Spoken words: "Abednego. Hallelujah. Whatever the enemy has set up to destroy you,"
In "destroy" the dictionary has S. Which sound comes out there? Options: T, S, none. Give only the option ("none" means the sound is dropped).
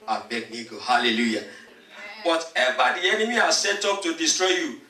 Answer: S